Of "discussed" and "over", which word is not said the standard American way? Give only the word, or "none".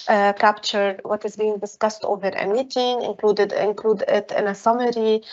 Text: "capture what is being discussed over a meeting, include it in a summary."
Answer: none